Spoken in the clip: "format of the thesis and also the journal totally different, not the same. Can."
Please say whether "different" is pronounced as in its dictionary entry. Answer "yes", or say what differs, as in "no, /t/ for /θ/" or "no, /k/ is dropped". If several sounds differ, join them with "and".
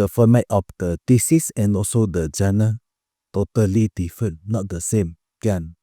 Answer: no, /ɹ/ is dropped